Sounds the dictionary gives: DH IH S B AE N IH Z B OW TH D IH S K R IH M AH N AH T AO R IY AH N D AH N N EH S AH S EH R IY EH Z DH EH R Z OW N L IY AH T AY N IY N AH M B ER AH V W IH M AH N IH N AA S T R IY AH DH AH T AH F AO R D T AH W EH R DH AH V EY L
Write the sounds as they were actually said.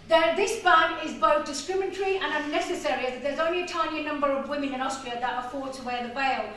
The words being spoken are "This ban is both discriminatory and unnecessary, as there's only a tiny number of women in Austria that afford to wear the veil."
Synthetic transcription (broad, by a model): DH IH S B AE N IH Z B OW TH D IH S K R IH M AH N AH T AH R IY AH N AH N N EH S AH S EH R IY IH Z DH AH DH Z OW N L IY AH T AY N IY N AH M B ER AH V W IH M AH N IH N AA S T R IY AH DH AH T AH F AO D T AH W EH DH AH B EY L